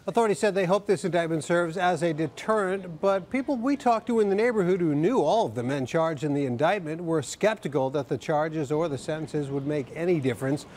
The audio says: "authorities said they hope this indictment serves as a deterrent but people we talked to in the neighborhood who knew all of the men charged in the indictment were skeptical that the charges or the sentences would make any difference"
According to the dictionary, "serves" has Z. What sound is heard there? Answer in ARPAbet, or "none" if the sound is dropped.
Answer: Z